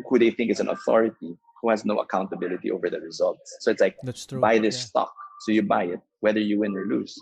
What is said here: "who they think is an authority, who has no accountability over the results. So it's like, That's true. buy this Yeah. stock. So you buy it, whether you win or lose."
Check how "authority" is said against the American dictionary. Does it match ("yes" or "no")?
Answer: yes